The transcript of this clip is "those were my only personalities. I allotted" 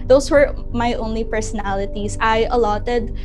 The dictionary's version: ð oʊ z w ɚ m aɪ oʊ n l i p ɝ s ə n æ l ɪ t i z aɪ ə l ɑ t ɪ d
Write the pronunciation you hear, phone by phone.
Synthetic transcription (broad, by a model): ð oʊ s w ɚ m aɪ oʊ n l i p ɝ s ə n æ l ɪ t i s aɪ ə l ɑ t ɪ d